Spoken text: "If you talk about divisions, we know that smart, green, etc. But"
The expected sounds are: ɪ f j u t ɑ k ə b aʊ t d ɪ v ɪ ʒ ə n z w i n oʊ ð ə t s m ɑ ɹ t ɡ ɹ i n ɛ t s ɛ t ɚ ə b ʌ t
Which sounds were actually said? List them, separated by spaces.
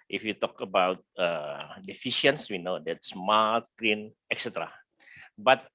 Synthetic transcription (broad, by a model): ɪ f j u t ɑ k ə b aʊ t d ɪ f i ʃ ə n s w i n oʊ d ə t s m ɑ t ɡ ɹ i n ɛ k s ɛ t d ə b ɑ t